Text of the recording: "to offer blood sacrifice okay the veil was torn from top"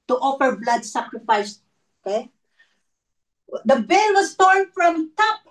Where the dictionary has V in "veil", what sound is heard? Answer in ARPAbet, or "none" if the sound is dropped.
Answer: B